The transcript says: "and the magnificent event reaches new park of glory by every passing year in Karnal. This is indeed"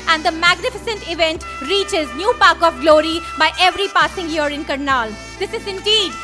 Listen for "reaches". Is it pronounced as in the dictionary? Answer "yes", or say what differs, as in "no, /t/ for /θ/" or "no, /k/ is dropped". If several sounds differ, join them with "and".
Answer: yes